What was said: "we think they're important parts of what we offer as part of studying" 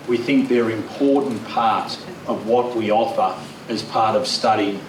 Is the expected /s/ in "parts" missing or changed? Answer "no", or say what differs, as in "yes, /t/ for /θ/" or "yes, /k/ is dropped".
yes, /s/ is dropped